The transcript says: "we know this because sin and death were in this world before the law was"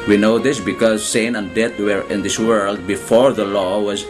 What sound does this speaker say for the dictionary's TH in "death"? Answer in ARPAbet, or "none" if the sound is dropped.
T